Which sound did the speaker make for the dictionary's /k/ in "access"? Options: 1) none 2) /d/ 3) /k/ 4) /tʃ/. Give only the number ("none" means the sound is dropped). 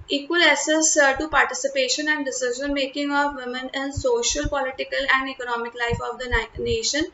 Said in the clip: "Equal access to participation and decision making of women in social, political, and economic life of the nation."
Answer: 1